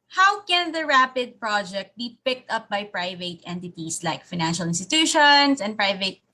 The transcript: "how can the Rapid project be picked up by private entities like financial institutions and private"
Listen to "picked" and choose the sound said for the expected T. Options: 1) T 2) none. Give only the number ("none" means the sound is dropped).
1